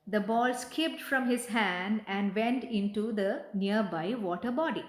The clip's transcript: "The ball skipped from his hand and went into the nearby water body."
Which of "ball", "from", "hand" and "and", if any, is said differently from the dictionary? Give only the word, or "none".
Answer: none